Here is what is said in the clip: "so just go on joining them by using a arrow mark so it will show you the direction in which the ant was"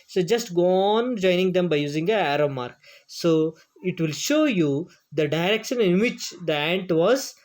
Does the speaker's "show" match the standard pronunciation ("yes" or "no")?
yes